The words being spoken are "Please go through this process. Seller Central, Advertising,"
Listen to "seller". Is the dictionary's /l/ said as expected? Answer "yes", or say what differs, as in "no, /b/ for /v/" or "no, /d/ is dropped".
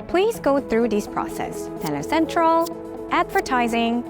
no, /n/ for /l/